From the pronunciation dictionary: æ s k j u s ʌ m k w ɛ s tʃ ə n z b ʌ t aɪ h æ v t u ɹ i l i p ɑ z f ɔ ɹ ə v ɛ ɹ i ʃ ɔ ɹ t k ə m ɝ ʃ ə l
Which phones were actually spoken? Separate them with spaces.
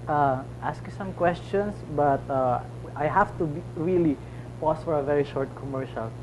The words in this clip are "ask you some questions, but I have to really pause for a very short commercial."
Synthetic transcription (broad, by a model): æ s k j u s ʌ m k w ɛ s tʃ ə n s b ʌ t aɪ h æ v t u ɹ i l i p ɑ s f ɔ ɹ ə v ɛ ɹ i ʃ ɔ ɹ t k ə m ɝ ʃ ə l